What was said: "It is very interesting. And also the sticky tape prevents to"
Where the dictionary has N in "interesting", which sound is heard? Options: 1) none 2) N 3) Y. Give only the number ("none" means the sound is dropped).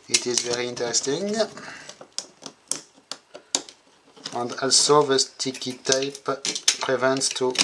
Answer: 2